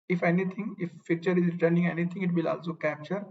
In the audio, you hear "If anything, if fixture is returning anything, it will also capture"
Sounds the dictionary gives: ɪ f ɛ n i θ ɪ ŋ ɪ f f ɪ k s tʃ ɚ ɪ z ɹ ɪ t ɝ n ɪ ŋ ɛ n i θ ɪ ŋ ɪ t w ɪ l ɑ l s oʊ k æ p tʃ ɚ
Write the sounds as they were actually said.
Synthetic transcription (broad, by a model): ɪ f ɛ n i t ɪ ŋ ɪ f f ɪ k tʃ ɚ ɪ z ɹ ɪ t ɝ n ɪ ŋ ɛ n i t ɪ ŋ ɪ t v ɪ l ɑ l s oʊ k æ p tʃ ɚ